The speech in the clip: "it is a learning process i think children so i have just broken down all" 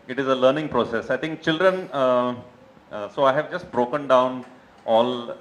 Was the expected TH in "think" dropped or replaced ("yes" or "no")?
yes